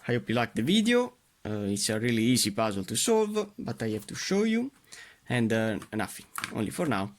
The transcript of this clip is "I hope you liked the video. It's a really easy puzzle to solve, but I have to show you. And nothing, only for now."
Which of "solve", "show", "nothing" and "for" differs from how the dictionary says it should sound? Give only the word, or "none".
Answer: nothing